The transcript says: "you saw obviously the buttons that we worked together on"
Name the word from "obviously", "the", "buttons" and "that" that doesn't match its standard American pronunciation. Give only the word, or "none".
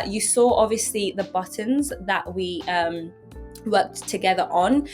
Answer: none